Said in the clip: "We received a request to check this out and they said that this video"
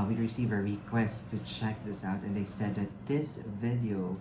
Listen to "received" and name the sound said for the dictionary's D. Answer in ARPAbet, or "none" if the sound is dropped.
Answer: none